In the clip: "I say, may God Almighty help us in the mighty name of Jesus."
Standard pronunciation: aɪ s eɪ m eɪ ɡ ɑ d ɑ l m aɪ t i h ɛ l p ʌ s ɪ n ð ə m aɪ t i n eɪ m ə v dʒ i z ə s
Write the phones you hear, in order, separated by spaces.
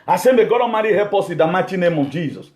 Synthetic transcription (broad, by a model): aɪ s eɪ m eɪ ɡ ɑ d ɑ m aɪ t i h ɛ p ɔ s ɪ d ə m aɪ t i n eɪ m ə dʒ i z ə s